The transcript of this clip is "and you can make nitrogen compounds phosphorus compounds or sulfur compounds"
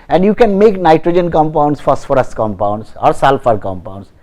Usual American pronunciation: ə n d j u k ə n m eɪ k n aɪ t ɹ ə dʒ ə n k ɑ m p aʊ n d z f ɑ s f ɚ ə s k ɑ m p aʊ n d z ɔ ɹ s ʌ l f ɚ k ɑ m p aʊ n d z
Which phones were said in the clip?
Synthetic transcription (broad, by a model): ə n d j u k ə n m eɪ k n aɪ t ɹ ə dʒ ə n k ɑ m p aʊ n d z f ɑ s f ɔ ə s k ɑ m p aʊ n d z ɔ ɹ s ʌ l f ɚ k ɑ m p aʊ n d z